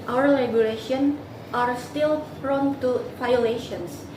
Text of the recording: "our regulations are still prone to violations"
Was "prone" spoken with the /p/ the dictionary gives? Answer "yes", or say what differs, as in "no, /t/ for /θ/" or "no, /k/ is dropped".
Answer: no, /f/ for /p/